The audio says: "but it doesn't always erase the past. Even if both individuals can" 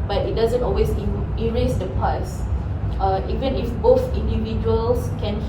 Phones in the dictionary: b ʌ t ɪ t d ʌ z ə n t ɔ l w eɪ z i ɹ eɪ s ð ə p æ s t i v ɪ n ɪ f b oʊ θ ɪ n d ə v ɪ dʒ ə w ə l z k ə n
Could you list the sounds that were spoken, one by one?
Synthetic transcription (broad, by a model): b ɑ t ɪ t d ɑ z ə n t ɔ l w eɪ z i ɹ eɪ s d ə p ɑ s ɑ i v ɪ n ɪ f b oʊ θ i n d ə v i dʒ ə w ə l s k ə n